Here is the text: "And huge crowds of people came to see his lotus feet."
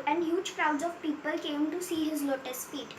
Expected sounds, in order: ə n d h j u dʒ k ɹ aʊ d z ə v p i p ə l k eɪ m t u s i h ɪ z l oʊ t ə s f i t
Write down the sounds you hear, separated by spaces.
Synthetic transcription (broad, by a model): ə n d h j u dʒ k ɹ aʊ d z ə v p i p ə l k eɪ m t u s i h ɪ z l oʊ t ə s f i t